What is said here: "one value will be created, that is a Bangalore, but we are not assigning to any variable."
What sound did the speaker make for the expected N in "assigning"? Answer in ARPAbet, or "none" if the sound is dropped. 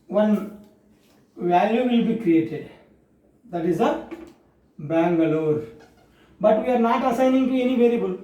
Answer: N